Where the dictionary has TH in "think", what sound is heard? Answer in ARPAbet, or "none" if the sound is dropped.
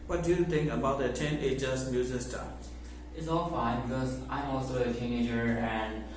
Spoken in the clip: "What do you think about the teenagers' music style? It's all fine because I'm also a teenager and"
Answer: T